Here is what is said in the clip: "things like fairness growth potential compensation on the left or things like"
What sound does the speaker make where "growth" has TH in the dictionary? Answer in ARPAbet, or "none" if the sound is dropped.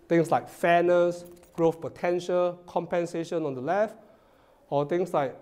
F